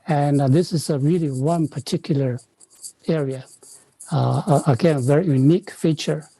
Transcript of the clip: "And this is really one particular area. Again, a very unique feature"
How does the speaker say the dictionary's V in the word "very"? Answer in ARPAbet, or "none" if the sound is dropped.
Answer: V